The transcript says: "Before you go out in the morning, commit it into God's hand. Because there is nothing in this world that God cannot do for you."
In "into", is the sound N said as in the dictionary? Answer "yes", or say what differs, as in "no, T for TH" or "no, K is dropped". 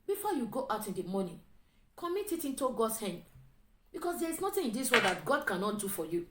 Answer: yes